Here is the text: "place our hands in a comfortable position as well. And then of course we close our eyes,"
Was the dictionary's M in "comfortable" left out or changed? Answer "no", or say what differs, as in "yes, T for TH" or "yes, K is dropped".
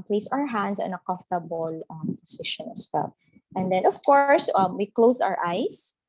yes, M is dropped